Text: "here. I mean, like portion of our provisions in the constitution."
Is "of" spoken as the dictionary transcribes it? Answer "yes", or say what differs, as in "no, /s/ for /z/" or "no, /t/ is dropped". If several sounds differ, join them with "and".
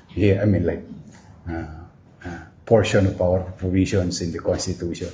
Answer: no, /p/ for /v/